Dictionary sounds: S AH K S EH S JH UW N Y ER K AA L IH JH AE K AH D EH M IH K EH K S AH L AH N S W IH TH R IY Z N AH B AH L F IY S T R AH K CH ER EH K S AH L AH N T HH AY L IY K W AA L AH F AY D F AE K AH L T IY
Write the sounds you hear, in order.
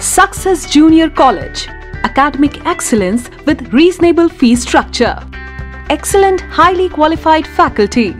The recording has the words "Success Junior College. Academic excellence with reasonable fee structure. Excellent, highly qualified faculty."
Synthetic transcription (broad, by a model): S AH K S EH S JH UW N Y ER K AA L IH JH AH K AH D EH M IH K EH K S AH L AH N S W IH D R IY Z N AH B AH L F IY S T R AH K CH ER EH K S AH L AH N T HH AY L IY K W AA L AH F AY D F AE K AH L T IY